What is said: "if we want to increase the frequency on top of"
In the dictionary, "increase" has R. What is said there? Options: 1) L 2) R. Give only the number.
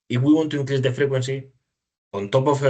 1